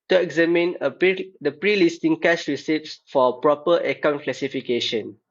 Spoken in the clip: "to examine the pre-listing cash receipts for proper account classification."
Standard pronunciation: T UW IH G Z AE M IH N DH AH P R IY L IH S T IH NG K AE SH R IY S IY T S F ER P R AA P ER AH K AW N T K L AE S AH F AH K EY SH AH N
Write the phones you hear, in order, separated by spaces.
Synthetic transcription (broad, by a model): T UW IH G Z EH M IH N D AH P R IY L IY S T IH NG K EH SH R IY S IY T S F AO P R AA P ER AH K AW N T K L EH S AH F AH K EY SH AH N